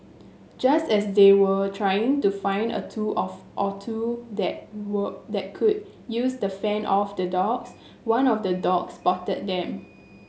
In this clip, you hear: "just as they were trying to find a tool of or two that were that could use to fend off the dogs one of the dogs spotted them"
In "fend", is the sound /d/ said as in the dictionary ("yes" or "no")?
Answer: no